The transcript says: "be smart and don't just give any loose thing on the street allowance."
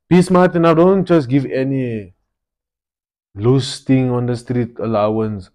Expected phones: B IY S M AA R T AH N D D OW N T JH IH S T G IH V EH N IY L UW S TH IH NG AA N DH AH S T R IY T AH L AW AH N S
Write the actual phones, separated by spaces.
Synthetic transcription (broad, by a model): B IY S M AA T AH N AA D OW N T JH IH S G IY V EH N IY L UW S T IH NG AA N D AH S T R IY T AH L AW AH N S